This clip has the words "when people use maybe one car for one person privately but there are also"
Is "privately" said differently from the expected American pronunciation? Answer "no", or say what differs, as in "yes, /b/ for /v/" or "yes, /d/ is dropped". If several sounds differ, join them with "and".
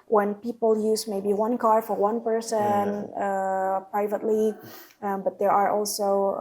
no